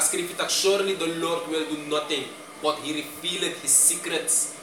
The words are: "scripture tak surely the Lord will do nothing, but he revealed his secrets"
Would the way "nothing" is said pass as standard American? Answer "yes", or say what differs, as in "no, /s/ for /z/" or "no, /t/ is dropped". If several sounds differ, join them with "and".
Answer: no, /t/ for /θ/